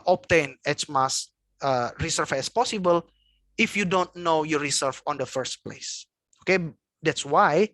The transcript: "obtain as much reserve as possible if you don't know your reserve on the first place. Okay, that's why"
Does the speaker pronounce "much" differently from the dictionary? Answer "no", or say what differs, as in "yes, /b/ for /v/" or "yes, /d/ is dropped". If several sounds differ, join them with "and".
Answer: yes, /s/ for /tʃ/